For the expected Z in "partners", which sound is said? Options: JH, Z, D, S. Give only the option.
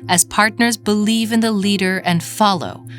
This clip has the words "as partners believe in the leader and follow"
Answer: Z